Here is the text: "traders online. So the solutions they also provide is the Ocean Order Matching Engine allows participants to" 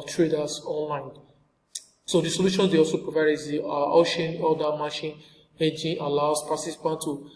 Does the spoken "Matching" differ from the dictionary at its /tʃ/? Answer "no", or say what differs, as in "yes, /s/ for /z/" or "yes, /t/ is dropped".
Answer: yes, /ʃ/ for /tʃ/